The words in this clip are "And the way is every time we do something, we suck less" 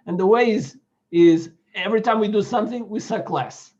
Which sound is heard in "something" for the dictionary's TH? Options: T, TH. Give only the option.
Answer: TH